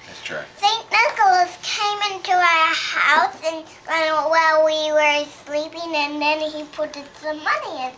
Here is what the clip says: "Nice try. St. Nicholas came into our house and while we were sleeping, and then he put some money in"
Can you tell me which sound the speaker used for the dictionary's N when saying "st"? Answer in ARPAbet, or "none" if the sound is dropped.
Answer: N